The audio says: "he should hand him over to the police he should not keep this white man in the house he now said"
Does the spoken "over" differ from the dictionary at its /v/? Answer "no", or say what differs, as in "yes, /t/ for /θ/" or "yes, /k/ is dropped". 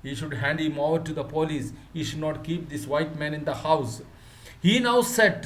yes, /v/ is dropped